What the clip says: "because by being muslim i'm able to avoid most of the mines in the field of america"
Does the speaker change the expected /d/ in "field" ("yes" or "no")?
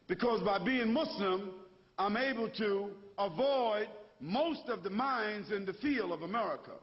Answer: yes